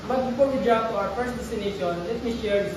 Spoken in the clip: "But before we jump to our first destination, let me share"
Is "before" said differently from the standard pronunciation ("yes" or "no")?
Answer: yes